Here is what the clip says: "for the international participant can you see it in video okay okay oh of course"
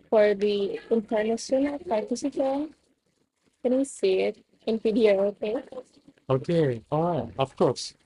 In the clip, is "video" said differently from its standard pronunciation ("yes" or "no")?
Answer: yes